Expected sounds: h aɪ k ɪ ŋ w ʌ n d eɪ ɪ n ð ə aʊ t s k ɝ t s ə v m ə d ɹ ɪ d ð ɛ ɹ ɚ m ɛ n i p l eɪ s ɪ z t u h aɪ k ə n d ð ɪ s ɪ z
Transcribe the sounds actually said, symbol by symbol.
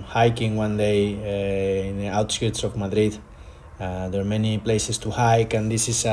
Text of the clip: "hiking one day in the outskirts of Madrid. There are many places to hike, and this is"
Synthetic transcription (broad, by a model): h aɪ k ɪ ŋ w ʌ n d eɪ ɪ n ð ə aʊ t s k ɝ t s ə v m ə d ɹ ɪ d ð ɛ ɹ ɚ m ɛ n i p l eɪ s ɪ s t u h aɪ k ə n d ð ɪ s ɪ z